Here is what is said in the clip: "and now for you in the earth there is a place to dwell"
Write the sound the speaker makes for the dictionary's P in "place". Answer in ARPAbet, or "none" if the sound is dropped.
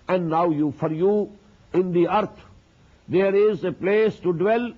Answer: P